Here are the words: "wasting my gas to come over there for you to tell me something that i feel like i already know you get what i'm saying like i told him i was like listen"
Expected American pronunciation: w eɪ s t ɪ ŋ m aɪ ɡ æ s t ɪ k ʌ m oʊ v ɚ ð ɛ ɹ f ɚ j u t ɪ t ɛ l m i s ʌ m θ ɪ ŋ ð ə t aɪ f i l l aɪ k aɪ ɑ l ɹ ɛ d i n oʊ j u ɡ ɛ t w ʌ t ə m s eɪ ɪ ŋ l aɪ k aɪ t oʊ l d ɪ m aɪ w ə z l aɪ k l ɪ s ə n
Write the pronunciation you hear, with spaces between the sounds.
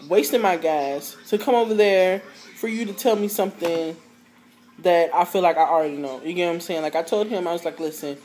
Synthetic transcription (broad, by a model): w eɪ s t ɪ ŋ m aɪ ɡ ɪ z t ɪ k ʌ m oʊ v ɚ ð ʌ ɹ f ɚ j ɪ t ɪ t ɛ l m i s ʌ m θ ɪ ŋ ð ə t aɪ f i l l aɪ k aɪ ɑ l ɹ ɛ d i n oʊ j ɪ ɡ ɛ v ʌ ə m s eɪ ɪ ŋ l aɪ k aɪ t oʊ l d ɪ m aɪ w ə z l aɪ k l ɪ s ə n